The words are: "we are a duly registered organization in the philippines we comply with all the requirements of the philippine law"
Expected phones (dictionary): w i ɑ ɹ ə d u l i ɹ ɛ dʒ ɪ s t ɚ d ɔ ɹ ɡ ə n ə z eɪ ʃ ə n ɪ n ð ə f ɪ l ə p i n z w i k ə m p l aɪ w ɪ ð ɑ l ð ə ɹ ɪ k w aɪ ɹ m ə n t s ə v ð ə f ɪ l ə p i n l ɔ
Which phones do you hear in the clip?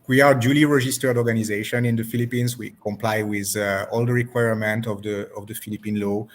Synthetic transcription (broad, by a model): w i ɑ ɹ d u l i ɹ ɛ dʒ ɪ s t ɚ d ɔ ɹ ɡ ə n ə z eɪ ʃ ə n ɪ n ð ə f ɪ l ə p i n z w i k ə m p l aɪ w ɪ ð ɑ l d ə ɹ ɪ k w aɪ ɹ m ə n t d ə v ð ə f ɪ l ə p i n l ɔ